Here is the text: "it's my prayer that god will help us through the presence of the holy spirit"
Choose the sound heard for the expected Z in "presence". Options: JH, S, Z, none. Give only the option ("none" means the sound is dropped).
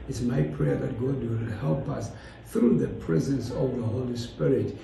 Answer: Z